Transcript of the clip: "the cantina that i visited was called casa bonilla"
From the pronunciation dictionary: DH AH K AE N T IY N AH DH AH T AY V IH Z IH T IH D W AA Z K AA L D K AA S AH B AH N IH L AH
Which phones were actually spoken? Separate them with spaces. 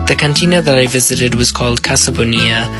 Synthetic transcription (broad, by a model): DH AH K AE N T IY N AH DH AH T AY V IH Z IH T IH D W AA Z K AA L D K AA S AH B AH N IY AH